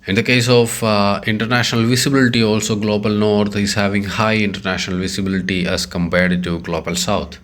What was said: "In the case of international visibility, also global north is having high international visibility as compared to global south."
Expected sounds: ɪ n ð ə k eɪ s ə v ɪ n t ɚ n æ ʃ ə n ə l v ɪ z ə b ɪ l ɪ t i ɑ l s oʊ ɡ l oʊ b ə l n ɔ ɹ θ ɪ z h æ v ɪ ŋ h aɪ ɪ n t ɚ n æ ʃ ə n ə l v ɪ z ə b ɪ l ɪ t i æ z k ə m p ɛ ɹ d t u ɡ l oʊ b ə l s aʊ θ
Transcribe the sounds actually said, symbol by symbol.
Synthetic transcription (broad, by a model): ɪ n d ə k eɪ s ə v ɪ n t ɚ n æ ʃ ə n ə l v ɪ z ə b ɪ l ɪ t i ɑ l s oʊ ɡ l oʊ b ə l n ɔ ɹ t ɪ z h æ v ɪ ŋ h aɪ ɪ n t ɚ n æ ʃ ə n ə l v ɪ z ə b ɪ l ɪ t i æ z k ə m p ɛ ɹ d t u ɡ l oʊ b ə l s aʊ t